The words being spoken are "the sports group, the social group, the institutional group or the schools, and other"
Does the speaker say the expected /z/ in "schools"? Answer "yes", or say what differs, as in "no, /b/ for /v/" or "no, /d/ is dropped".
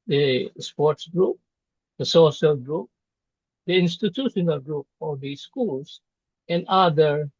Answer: no, /s/ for /z/